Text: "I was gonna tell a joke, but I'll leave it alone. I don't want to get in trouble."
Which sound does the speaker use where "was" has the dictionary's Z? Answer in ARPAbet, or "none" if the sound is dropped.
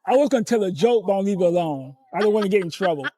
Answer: Z